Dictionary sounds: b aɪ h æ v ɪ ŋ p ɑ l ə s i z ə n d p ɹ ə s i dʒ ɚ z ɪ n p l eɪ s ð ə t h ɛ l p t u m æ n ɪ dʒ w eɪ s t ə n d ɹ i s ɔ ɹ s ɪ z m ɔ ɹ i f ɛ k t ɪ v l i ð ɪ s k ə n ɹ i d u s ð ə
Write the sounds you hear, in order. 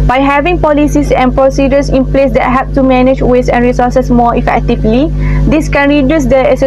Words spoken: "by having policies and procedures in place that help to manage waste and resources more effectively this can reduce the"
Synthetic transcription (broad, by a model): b aɪ h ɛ v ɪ ŋ p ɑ l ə s i s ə n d p ɹ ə s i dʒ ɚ s ɪ n p l eɪ s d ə t h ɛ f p t u m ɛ n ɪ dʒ w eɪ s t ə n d ɹ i s ɔ s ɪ s m ɔ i f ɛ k t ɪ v l i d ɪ s k ə n ɹ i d u s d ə